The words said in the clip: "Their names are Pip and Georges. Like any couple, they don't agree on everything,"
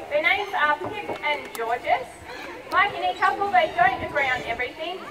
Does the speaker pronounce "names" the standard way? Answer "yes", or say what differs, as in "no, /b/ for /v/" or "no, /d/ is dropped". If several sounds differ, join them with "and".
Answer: yes